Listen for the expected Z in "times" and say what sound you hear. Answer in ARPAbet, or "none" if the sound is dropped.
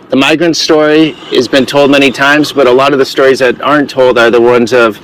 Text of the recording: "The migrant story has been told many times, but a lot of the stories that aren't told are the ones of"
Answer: Z